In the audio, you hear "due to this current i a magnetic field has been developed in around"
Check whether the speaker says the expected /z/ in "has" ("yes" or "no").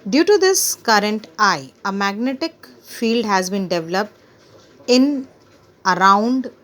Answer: yes